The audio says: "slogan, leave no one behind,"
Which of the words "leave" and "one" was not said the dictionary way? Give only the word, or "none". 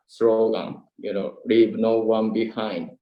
leave